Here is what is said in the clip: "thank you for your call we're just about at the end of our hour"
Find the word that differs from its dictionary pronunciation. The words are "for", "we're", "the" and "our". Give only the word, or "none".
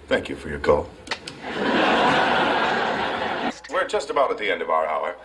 none